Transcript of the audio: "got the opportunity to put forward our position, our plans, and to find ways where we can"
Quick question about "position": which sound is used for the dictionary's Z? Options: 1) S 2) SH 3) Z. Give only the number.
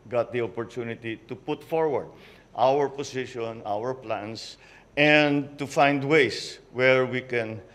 1